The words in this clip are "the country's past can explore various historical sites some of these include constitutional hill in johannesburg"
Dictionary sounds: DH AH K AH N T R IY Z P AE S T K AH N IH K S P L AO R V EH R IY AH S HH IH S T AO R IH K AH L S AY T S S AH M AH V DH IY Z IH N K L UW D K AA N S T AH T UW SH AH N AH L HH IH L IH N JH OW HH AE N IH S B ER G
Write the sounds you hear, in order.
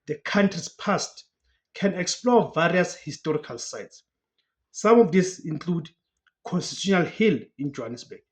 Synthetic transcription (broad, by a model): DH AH K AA N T R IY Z P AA S T K AH N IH K S P L AO V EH R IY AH S HH IH S T AO R IH K AH L S AY T S S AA M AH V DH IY S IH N K L UW D K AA N S T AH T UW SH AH N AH L HH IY L IH N JH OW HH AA N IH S B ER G